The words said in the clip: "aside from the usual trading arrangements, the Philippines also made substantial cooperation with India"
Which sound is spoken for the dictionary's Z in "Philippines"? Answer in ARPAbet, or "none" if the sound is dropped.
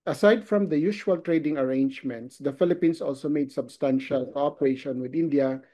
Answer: S